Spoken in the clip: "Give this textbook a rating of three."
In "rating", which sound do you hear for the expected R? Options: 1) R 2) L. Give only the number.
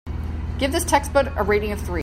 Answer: 1